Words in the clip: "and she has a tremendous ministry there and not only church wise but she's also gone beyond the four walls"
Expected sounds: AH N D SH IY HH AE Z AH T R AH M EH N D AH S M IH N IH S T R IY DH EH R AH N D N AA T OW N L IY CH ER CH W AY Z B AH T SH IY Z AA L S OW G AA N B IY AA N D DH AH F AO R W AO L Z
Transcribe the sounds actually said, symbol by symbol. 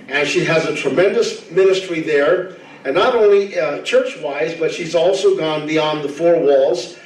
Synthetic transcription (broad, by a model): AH N SH IY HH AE Z AH T R AH M EH N D AH S M IH N IH S T R IY DH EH R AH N N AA T OW N L IY CH ER CH W AY Z B AH T SH IY Z AA L S OW G AA N B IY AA N DH AH F AO R W AO L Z